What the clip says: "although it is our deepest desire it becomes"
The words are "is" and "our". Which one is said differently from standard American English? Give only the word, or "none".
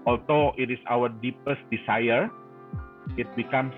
is